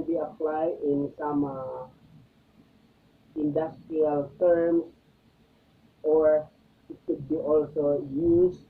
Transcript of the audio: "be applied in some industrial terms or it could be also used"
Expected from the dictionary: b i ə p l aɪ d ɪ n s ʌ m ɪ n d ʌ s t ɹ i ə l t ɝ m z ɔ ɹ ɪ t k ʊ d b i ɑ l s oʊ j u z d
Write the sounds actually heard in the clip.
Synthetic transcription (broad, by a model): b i ə p l aɪ d ɪ n s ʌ m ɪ n d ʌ s t ɹ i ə l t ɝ m s ɔ ɹ ɪ t k ʊ d b i ɑ l s oʊ j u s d